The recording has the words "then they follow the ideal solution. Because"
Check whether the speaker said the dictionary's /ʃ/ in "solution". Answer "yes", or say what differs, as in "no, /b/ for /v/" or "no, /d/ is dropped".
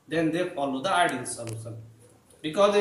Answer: no, /s/ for /ʃ/